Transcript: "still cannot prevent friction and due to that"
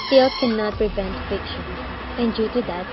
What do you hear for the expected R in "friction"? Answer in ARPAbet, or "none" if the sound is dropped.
none